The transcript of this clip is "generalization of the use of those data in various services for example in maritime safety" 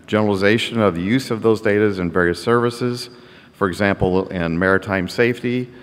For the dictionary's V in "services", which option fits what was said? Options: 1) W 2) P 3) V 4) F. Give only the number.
3